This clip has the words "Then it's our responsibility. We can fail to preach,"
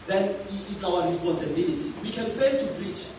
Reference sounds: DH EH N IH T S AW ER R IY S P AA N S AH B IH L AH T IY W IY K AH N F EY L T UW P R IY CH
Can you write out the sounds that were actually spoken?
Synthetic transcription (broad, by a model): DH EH N IH T S AW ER R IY S P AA N S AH B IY L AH T IY W IY K AH N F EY N T UW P R IY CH